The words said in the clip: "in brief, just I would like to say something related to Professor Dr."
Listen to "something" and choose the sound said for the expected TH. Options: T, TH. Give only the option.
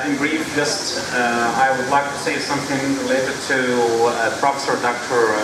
TH